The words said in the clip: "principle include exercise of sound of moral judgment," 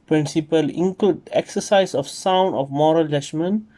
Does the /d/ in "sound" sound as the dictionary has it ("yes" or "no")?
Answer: yes